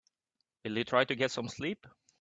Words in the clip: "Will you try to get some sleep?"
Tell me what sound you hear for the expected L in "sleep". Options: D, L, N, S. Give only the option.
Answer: L